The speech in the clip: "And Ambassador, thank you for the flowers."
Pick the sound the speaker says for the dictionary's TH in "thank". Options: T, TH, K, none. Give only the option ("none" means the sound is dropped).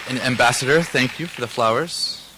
TH